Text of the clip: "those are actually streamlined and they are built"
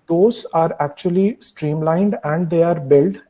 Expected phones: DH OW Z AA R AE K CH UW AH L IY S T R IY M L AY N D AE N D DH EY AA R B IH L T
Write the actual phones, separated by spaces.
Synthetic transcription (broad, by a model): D OW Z AA R AE K CH UW AH L IY S T R IY M L AY N D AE N D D EY AA R B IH L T